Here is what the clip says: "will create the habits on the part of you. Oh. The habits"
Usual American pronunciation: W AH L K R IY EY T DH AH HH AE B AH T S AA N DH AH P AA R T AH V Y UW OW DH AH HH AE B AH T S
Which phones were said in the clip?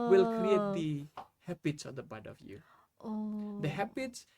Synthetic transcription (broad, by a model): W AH L K R IY EY T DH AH HH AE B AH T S AA N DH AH B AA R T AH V Y UW OW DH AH HH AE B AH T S